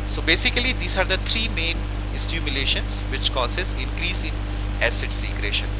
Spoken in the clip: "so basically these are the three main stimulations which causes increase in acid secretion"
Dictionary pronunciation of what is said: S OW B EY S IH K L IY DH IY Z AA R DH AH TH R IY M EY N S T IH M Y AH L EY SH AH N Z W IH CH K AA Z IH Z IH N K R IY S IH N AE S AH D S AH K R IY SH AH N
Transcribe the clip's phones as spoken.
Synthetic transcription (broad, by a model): S OW B EY S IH K L IY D IY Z AA R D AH T R IY M EY N S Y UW M Y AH L EY SH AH N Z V IH CH K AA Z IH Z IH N K R IY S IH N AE S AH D S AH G R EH SH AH N